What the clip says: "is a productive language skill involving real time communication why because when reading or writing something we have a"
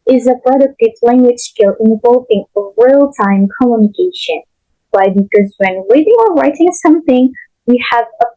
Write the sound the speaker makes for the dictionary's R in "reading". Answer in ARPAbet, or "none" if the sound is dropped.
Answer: W